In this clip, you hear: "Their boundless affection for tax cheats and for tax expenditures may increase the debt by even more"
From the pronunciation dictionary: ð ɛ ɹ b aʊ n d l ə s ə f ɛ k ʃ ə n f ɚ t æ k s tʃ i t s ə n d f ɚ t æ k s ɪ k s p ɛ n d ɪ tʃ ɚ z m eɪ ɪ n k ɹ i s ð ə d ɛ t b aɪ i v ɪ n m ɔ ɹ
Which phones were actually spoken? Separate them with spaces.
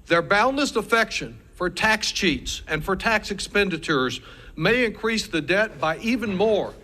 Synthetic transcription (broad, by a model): ð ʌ ɹ b aʊ n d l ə s ə f ɛ k ʃ ə n f ɚ t æ k s tʃ i t s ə n f ɚ t æ k s ɪ k s p ɛ n d ɪ tʃ ɚ z m eɪ ɪ n k ɹ i s ð ə d ɛ t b aɪ i v ɪ n m ɔ ɹ